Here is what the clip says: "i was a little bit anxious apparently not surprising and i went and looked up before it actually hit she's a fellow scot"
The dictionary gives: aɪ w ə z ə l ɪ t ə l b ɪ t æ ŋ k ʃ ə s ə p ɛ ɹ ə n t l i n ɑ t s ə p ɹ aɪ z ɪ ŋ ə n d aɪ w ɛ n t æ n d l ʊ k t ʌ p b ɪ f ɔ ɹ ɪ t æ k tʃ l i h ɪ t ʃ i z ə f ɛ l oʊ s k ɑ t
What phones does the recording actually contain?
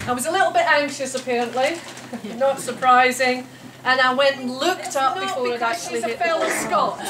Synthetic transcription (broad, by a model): aɪ w ə z ə l ɪ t l b ɪ t æ ŋ k ʃ ə s ə p ɛ ɹ ə n t l i n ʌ t s ə p ɹ aɪ z ɪ ŋ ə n aɪ w ɛ n t n l ʊ k t ʌ p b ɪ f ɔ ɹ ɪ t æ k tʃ i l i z ə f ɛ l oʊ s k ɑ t